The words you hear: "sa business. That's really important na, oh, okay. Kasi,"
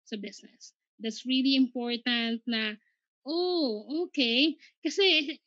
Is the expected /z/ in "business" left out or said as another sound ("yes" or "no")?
yes